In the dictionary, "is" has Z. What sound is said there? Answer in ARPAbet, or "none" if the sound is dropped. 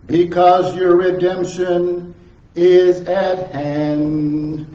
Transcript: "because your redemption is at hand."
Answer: Z